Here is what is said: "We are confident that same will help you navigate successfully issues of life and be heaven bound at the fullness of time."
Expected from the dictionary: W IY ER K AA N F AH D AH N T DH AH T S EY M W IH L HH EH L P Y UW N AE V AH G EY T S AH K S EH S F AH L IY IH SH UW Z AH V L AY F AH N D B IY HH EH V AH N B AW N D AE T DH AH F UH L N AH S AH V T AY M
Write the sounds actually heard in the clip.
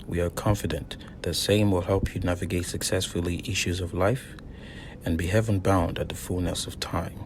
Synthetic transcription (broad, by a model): W IY ER K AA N F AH D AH N DH AH T S EY M W IH L HH EH L P Y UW N AE V AH G EY T S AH K S EH S F L IY IH SH UW Z AH V L AY F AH N B IY HH EH V AH N B AW N D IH T DH AH F UH L N AH S AH V T AY M